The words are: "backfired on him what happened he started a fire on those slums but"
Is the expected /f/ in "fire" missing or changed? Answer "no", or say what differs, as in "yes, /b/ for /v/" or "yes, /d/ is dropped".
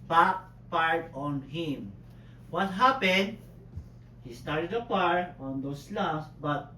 yes, /p/ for /f/